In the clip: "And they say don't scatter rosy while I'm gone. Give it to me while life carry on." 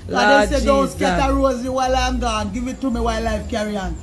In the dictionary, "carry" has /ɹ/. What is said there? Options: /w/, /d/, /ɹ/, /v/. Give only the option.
/ɹ/